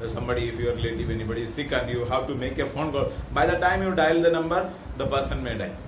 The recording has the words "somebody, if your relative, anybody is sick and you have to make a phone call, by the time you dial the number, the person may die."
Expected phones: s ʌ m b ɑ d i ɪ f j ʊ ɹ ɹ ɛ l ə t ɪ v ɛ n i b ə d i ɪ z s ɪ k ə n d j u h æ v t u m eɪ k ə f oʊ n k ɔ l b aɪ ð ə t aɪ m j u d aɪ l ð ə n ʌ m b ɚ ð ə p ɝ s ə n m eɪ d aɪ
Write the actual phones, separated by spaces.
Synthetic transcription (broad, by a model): s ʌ m b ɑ d i ɪ f j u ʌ ɹ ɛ l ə t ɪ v ɛ n i b ə d i s ɪ k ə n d j u h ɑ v t u m eɪ k ə f oʊ n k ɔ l b aɪ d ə t aɪ m j u d aɪ l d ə n ʌ m b ɚ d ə b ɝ s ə n m eɪ d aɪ